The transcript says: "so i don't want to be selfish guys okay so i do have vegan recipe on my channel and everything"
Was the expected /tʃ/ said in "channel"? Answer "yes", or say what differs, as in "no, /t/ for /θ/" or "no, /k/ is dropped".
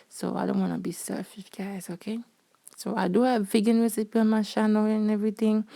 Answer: no, /ʃ/ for /tʃ/